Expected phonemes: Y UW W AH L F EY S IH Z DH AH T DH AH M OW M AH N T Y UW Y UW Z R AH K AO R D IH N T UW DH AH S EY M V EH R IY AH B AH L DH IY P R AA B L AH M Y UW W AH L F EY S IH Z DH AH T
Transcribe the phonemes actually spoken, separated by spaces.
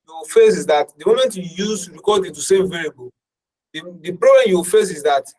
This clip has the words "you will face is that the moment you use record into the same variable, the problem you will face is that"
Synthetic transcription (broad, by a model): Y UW W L F EY S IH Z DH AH T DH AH M OW M AH N T Y UW Y UW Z R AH K AO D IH T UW S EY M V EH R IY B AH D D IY P R AA B L AH M Y UW W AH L F EY S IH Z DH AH T